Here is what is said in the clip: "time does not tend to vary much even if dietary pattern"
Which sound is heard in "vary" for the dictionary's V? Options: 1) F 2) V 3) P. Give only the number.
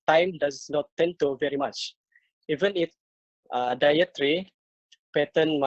2